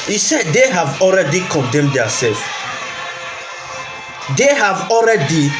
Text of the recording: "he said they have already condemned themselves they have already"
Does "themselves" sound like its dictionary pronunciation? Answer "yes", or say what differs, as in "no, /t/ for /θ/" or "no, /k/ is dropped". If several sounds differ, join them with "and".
no, /m/ is dropped